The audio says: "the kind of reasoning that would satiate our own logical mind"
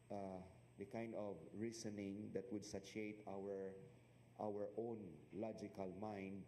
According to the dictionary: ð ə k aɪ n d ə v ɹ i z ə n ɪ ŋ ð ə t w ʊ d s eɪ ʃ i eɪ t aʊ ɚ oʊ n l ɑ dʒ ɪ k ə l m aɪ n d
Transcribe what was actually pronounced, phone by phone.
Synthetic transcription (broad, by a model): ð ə k aɪ n d ə v ɹ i s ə n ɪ ŋ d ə t w ʊ d s eɪ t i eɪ t aʊ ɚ oʊ n l ɑ dʒ ɪ k ə l m aɪ n d